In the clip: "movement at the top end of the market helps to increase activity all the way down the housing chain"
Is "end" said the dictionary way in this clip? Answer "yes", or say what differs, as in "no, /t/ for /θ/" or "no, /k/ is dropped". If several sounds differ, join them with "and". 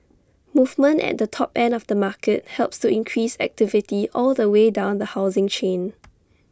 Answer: no, /d/ is dropped